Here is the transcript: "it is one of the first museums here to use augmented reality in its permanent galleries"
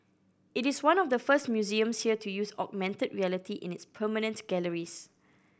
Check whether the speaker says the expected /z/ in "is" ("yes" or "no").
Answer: no